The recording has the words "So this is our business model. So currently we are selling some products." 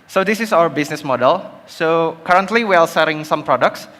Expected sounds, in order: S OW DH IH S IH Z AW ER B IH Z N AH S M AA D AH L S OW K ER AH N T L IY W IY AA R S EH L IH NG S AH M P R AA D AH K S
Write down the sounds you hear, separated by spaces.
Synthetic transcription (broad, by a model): S OW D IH S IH S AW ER B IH S N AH S M AA D AH L S OW K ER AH N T L IY W IY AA L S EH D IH NG S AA M P R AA D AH K S